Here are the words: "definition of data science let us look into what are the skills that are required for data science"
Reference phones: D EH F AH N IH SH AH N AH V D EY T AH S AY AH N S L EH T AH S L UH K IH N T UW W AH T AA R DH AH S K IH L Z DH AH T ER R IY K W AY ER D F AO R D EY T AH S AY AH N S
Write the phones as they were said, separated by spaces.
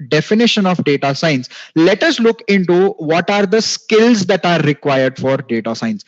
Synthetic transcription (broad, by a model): D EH F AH N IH SH AH N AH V D EY T AH S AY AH N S L EH T AH S L UH K IH N T UW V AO T AA R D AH S K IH L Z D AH T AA R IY K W AY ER D F AO R D EY T AH S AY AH N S